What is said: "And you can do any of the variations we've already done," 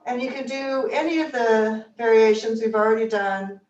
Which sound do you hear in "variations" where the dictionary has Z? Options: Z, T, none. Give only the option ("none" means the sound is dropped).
Z